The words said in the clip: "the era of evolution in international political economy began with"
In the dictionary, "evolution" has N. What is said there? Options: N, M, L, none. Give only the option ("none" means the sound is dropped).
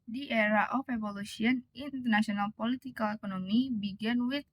none